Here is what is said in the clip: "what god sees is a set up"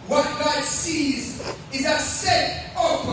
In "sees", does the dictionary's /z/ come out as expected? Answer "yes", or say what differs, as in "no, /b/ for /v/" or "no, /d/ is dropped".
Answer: yes